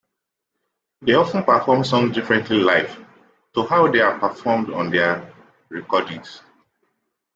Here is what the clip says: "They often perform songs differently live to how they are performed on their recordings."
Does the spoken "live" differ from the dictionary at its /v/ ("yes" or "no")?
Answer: yes